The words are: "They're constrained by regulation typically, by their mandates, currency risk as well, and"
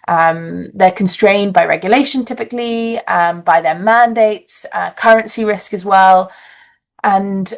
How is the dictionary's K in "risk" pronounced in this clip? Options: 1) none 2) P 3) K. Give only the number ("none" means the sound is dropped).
3